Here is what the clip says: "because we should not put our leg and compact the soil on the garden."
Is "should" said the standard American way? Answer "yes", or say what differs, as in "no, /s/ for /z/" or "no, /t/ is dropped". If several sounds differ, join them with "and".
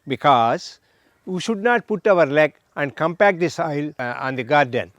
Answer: yes